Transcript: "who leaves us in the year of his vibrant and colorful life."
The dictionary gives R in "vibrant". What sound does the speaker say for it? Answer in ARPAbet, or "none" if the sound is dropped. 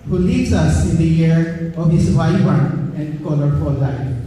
none